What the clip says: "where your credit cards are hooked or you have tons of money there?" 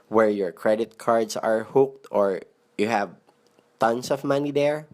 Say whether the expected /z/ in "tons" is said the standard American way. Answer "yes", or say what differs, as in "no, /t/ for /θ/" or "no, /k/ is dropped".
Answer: no, /s/ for /z/